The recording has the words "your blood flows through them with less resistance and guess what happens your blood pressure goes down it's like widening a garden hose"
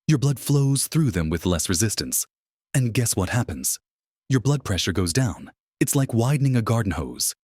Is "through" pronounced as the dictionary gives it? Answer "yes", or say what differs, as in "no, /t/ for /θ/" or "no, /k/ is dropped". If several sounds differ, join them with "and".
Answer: yes